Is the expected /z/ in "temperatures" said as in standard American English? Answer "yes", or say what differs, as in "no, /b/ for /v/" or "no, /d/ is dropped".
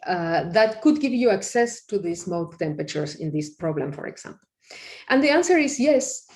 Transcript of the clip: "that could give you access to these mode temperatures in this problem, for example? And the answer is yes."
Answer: no, /s/ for /z/